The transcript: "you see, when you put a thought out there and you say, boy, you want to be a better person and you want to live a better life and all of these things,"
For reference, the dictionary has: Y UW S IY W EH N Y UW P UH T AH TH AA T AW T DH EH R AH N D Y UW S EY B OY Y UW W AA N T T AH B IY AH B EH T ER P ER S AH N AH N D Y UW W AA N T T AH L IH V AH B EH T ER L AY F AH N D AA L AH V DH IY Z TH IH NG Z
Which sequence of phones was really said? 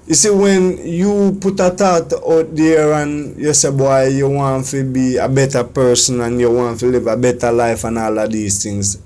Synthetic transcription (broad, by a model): Y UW S IY W EH N Y UW P UH T AH T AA T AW T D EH R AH N Y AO S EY B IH Y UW W AA N T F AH B IY AH B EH T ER P ER S AH N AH N Y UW W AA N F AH L IH V AH B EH T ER L AY F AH N AA L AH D IY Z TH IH NG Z